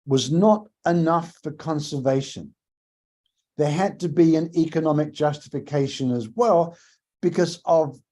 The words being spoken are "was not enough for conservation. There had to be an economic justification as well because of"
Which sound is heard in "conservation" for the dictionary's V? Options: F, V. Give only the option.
V